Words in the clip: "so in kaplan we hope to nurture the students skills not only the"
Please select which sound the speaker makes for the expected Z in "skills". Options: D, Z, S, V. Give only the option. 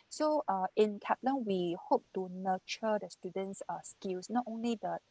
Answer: S